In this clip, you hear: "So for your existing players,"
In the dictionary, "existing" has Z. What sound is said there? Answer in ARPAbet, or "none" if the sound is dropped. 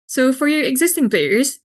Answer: Z